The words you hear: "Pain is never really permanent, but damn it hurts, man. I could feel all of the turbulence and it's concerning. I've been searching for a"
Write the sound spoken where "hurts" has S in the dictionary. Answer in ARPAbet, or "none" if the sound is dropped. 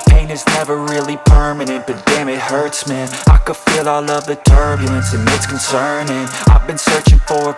S